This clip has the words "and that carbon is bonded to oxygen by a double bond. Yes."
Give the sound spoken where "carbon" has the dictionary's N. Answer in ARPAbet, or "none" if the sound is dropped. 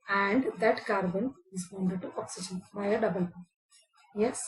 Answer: N